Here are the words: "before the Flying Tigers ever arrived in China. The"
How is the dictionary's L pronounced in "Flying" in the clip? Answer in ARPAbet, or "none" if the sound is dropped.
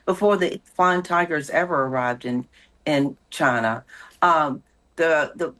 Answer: none